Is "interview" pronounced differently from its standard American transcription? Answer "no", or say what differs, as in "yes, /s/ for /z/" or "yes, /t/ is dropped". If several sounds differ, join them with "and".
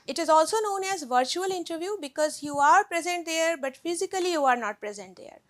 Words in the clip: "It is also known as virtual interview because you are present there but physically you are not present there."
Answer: no